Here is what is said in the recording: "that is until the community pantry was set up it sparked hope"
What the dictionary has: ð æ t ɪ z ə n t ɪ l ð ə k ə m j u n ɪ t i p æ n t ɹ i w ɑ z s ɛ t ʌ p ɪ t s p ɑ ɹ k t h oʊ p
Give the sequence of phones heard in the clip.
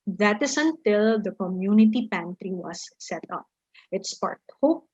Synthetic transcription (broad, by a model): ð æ t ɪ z ə n t ɪ l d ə k ə m j u n ɪ t i p æ n t ɹ i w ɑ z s ɛ t ʌ p ɪ t s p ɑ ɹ t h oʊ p